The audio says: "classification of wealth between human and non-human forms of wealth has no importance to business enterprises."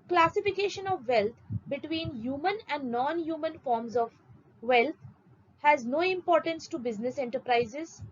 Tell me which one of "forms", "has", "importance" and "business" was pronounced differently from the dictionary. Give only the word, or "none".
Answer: none